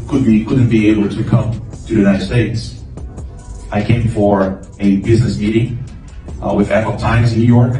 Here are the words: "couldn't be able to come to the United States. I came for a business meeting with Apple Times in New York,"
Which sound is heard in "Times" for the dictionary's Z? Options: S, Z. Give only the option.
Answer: Z